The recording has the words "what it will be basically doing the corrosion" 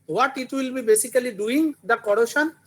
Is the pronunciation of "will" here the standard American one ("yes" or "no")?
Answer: yes